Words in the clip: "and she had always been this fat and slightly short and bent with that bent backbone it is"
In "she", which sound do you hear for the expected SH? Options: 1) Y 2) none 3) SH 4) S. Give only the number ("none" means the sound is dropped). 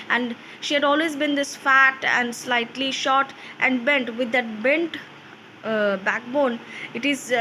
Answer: 3